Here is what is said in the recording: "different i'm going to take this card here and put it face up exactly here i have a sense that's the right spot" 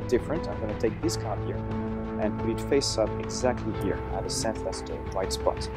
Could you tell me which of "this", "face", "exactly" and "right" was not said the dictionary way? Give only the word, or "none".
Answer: right